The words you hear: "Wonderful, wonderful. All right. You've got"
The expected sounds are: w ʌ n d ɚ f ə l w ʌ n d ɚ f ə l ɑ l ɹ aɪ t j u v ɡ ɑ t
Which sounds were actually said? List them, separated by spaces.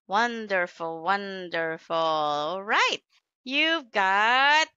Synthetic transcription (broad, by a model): w ʌ n d ɚ f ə l w ʌ n d ɚ f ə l l ɹ aɪ t j u v ɡ ɑ t